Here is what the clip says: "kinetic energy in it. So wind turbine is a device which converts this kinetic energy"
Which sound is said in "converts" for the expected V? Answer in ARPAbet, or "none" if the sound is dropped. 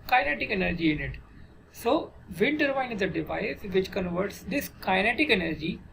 V